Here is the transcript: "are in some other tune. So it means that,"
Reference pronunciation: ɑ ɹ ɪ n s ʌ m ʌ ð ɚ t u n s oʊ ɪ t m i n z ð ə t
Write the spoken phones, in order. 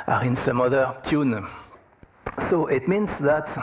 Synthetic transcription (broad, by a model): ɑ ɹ ɪ n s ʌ m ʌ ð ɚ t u n s oʊ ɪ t m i n s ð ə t